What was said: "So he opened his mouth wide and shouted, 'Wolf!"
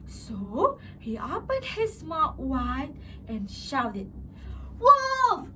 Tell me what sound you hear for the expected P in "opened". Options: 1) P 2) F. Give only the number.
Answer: 1